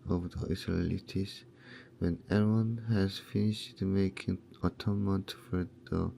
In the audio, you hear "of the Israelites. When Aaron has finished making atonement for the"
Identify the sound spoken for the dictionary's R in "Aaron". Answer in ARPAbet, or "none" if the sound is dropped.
W